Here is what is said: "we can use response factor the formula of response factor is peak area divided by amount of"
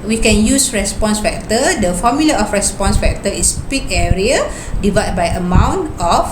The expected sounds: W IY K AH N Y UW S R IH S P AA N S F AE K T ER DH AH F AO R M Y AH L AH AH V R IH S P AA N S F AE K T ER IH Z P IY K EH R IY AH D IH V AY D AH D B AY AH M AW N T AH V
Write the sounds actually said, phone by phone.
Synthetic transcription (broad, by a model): W IY K AH N Y UW S R IH S P AA N S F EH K T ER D AH F AO M Y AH L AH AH F R IH S P AA N S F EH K T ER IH S P IY K EH R IY AH D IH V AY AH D B AY AH M AW N T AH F